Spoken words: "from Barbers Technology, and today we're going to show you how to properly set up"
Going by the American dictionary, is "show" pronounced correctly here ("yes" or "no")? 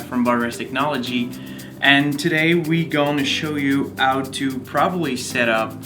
yes